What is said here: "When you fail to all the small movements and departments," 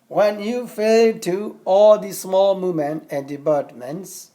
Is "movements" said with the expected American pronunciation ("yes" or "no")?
no